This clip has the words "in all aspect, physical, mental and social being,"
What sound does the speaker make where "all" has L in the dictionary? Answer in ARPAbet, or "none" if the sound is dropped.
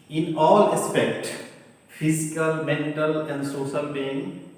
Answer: L